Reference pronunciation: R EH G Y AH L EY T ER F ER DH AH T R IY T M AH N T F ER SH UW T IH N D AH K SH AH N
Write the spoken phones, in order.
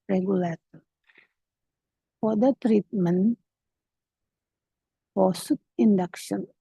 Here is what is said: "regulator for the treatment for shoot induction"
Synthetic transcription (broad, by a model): R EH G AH L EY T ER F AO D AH T R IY T M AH N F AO S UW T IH N D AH K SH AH N